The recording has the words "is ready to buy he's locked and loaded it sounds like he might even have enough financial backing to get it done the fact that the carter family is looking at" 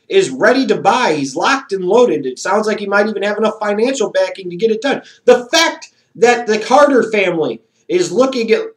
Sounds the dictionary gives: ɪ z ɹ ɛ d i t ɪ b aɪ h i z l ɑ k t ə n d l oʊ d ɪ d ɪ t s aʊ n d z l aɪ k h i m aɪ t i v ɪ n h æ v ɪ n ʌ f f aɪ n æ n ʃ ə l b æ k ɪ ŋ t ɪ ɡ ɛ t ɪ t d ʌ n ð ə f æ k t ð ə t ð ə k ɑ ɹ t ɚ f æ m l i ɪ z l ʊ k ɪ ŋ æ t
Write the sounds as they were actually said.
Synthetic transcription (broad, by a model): ɪ z ɹ ɛ d i t ɪ b aɪ h i z l ɑ k t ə n l oʊ d ɪ d ɪ t s aʊ n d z l aɪ k h i m aɪ t i v ɪ n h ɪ v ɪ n ʌ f f aɪ n æ n ʃ l b æ k ɪ ŋ t ɪ ɡ ɛ t ɪ t d ʌ n ð ə f æ k t ð ə t ð ə k ɑ ɹ t ɚ f æ m l i ɪ z l ʊ k ɪ ŋ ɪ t